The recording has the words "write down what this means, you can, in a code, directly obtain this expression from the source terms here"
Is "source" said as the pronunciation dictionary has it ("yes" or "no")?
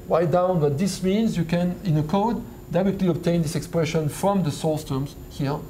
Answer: no